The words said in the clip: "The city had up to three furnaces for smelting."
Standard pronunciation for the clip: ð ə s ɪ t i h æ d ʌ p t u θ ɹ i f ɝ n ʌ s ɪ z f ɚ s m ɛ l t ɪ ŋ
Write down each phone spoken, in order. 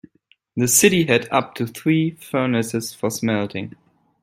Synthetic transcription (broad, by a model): ð ə s ɪ t i h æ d ʌ p t u θ ɹ i f ɝ n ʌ s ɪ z f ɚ s m ɛ l t ɪ ŋ